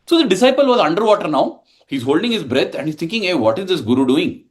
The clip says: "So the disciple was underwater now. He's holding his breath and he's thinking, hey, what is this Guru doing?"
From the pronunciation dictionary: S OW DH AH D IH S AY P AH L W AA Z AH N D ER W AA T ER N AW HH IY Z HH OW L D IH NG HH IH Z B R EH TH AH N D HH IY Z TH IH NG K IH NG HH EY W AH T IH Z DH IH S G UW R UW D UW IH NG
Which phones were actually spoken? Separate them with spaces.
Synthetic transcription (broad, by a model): S OW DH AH D IH S AY P AH L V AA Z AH N D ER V AA T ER N AW HH IY Z HH OW L D IH NG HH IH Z B R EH T AH N D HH IY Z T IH NG K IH NG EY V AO T IH Z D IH S G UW R UW D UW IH NG